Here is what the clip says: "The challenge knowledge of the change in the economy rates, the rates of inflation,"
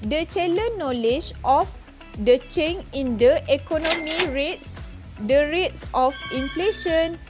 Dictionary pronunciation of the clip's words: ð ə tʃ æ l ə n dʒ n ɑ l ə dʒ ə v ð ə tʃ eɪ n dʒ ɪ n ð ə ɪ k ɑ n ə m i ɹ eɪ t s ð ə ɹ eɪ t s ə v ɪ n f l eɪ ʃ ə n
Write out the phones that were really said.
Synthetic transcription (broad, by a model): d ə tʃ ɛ l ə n n ɑ l ə dʒ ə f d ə tʃ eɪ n ɪ n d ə ɪ k ɑ n ə m i ɹ eɪ t s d ə ɹ eɪ t s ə f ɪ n f l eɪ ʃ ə n